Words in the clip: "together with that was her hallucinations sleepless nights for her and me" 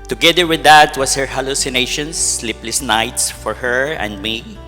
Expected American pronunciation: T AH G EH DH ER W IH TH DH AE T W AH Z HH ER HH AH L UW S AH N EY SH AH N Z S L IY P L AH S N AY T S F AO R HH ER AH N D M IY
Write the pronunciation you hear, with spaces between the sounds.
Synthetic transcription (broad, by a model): T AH G EH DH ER W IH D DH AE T W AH S HH ER HH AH L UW S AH N EY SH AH N S L IY P L AH S N AY T S F AO R HH ER AH N D M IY